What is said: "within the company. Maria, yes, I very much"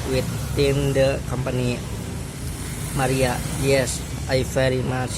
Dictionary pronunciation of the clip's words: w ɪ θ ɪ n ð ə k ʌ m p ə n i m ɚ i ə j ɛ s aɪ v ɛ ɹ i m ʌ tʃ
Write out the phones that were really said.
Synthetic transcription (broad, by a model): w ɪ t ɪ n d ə k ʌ m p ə n i m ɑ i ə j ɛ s aɪ f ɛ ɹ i m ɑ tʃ